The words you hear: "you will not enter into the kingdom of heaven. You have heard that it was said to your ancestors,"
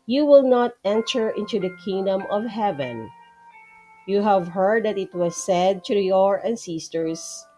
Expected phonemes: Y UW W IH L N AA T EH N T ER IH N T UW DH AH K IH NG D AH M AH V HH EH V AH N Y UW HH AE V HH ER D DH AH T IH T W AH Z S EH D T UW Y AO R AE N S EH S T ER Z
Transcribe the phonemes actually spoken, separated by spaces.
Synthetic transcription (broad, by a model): Y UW W IH L N AA T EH N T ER IH N T UW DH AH K IH NG D AH M AH V HH EH V AH N Y UW HH AE V HH ER D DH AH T IH T W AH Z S EH D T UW Y AO R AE N S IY S T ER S